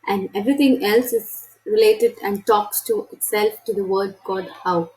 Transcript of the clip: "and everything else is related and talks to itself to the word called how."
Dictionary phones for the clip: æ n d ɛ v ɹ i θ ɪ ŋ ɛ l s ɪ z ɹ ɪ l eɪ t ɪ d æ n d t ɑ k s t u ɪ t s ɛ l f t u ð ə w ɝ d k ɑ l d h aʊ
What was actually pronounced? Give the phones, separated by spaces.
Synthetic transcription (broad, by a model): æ n d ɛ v ɹ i t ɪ ŋ ɛ l s ɪ z ɹ ɪ l eɪ t ɪ d æ n d t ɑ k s t u ɪ t s ɛ l f t u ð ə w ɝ d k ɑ d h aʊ